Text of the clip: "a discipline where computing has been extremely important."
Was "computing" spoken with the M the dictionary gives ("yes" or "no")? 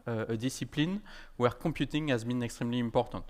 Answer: no